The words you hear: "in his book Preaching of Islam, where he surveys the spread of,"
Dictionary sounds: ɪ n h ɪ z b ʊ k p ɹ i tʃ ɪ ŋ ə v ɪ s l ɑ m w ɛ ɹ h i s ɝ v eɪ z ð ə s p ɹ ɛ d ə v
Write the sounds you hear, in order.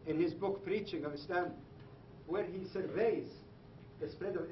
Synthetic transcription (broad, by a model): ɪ n h ɪ z b ʊ k p ɹ i tʃ ɪ ŋ ə v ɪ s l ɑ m w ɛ ɹ h i s ɝ v eɪ z ð ə s p ɹ ɛ d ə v